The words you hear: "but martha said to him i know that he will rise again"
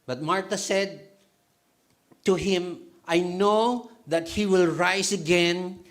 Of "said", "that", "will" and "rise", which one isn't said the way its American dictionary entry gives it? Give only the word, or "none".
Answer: rise